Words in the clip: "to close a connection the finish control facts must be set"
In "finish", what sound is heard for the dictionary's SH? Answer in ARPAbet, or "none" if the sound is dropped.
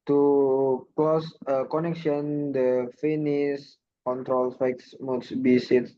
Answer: S